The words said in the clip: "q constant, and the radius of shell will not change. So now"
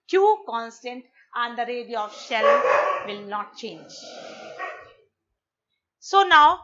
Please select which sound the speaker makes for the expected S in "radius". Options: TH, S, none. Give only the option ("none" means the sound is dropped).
none